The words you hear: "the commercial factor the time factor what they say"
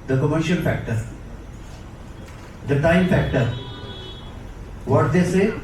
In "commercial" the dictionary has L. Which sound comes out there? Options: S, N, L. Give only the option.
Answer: N